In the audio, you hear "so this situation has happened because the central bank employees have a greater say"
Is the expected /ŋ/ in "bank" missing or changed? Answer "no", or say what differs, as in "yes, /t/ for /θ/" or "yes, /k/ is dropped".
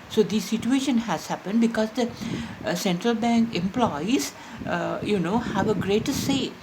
no